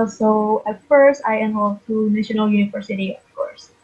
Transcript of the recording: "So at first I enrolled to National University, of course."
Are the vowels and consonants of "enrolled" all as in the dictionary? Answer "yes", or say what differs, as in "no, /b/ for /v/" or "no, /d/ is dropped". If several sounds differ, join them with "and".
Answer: no, /w/ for /ɹ/